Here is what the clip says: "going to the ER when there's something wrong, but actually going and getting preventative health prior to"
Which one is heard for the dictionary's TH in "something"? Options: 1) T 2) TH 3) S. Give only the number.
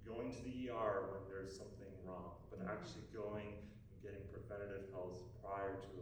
2